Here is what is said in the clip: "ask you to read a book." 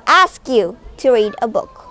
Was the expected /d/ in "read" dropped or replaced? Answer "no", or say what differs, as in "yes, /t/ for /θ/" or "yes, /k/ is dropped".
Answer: no